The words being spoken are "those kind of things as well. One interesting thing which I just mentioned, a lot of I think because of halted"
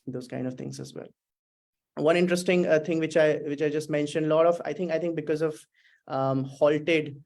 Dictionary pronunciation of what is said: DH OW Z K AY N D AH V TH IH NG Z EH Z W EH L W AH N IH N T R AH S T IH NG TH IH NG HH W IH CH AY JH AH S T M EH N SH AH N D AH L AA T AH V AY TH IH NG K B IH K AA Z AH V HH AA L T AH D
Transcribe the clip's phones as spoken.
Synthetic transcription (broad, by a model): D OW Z K AY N D AH V T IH NG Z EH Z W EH L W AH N IH N T R AH S T IH NG T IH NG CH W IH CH AY JH AH S T M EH N SH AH N D AH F AA T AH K AY T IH NG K B IH K AA Z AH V HH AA L T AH D